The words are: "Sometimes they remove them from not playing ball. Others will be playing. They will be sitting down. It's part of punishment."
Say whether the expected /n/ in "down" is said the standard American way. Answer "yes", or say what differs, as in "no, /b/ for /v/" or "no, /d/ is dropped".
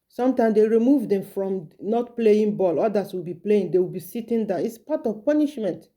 no, /n/ is dropped